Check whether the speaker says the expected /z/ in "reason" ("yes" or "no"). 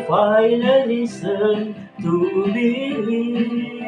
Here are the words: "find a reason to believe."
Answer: no